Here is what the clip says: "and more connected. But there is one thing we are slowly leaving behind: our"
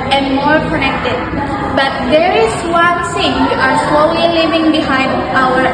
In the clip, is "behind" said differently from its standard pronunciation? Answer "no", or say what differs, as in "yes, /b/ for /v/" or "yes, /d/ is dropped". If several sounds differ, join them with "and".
no